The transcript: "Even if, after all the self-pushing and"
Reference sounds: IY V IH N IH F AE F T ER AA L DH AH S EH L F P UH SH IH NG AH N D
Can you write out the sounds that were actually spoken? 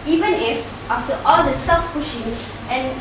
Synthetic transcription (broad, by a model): IY V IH N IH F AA F T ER AA L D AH S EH F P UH SH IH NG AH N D